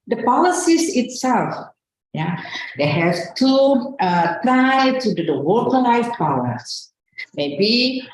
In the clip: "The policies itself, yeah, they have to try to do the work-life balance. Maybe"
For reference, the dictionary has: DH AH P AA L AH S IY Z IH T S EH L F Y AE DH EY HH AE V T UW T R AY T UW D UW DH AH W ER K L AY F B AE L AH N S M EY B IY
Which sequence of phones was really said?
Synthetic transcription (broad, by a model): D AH P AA L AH S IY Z IH T S EH L F Y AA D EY HH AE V T UW T R AY T UW D UW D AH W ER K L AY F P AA W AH S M EY B IY